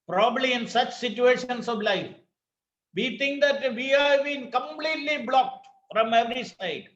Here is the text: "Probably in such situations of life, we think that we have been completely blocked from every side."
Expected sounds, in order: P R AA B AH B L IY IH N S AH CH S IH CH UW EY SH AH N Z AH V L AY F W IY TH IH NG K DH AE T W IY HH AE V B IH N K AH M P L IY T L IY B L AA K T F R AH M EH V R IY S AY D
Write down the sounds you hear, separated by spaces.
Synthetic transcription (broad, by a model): P R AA B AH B L IY IH N S AH CH S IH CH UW EY SH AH N S AH V L AY F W IY T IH NG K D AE T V IY HH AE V B IH N K AH M P L IY T L IY B L AA K T F R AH M EH V R IY S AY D